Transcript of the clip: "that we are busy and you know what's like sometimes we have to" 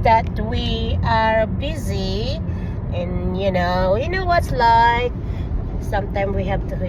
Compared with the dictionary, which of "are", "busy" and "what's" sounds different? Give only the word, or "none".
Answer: none